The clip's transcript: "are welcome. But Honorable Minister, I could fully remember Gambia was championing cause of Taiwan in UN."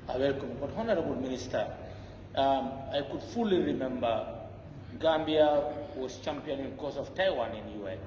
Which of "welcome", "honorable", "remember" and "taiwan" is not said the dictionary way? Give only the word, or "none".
none